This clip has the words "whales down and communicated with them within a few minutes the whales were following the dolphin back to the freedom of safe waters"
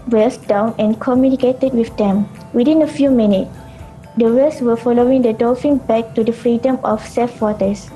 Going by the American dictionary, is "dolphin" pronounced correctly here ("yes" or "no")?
no